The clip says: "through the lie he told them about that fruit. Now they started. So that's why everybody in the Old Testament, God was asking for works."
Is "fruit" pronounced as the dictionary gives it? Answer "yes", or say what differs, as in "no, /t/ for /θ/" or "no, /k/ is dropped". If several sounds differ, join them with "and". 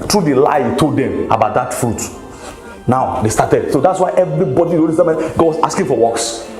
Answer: yes